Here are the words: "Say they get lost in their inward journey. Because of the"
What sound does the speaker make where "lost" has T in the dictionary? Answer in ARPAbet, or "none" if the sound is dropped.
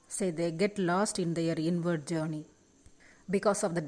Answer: T